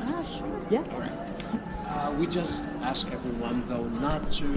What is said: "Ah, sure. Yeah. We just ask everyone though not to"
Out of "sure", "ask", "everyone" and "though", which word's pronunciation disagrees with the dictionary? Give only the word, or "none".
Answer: none